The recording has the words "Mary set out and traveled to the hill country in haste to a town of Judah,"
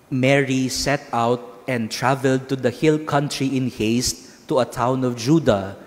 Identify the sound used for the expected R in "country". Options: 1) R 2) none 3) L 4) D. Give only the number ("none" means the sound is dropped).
1